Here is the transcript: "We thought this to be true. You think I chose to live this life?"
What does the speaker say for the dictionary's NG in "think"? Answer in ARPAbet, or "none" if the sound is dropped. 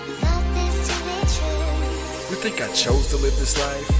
NG